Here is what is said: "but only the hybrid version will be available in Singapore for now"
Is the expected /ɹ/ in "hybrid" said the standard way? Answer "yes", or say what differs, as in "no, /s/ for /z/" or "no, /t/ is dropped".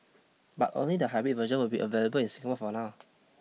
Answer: no, /ɹ/ is dropped